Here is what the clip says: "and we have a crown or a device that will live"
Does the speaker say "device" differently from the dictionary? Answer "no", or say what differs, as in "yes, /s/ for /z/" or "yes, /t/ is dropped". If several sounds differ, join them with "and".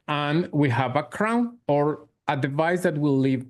no